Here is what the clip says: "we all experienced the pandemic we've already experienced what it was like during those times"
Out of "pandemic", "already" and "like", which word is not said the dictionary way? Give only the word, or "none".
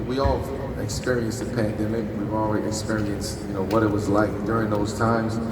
already